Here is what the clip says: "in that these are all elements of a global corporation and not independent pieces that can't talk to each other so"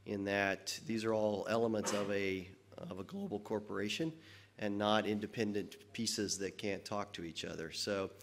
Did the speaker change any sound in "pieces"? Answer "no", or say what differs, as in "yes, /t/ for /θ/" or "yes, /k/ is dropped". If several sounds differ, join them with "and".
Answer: no